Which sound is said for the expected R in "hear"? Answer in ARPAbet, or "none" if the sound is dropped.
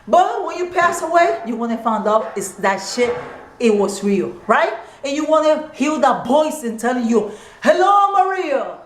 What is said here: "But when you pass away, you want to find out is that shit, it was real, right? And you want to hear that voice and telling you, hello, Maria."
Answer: L